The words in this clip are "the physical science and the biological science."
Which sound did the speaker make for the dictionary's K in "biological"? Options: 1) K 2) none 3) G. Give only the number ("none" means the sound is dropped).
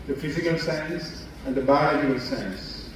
2